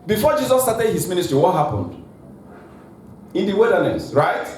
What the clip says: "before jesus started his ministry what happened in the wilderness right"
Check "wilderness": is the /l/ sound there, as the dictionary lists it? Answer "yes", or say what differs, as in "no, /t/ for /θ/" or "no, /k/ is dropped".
no, /l/ is dropped